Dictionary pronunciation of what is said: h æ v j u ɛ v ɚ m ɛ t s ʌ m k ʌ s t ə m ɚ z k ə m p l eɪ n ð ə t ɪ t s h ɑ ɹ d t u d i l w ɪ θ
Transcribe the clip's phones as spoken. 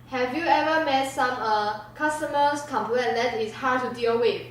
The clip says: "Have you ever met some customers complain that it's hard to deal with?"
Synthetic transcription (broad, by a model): h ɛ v j u ɛ v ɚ m ɛ t s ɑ m k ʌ s t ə m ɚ s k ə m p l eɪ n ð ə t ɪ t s h ɑ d t u d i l w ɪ